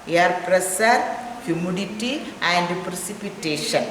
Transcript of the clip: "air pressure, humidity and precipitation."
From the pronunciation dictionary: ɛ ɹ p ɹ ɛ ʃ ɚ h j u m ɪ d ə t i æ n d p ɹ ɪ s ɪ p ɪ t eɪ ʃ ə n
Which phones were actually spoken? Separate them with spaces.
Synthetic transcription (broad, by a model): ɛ ɹ p ɹ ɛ s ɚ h j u m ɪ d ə t i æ n d p ɹ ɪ s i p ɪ t eɪ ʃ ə n